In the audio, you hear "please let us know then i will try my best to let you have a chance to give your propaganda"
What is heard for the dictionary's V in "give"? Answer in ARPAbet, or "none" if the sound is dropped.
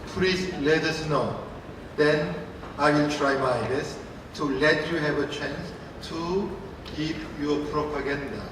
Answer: P